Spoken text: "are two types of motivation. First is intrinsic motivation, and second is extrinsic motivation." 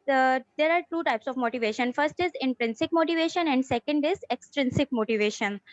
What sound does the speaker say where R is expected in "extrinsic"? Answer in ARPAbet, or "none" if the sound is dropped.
R